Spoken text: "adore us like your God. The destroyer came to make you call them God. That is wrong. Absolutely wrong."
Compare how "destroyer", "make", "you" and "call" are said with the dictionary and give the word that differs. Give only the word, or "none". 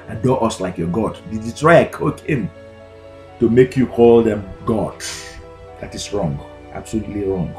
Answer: destroyer